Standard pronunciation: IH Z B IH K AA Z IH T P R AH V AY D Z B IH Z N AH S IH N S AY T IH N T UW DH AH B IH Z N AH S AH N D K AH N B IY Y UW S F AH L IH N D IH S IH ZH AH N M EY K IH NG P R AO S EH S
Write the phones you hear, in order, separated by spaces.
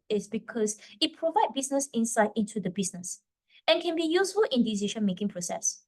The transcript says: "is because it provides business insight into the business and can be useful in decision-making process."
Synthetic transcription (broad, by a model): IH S B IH K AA S IH T P R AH V AY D B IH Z N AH S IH N S AY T IH N T UW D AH B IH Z N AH S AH N K AH N B IY Y UW S F AH L IH N D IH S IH SH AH N M EY K IH NG P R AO S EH S